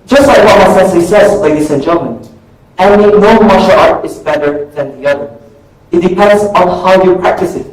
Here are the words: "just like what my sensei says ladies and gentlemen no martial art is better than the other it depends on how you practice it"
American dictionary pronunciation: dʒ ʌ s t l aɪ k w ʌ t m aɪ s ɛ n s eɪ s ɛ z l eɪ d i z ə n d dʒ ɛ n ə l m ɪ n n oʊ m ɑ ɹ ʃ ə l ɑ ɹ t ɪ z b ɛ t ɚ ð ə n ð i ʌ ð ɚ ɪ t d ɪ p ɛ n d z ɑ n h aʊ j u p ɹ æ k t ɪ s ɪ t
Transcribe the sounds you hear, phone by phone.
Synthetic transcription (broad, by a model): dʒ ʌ s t l aɪ k w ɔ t m aɪ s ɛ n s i s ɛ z l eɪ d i s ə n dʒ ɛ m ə n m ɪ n n oʊ m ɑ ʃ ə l ɑ ɹ t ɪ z b ɛ t ɚ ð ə n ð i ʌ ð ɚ ɪ t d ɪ p ɛ n d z ɑ n h aʊ j u p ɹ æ k t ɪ s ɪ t